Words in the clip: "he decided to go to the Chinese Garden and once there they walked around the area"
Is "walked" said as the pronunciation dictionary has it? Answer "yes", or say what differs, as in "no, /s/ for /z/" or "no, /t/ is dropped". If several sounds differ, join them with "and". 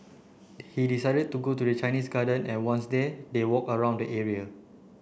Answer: no, /t/ is dropped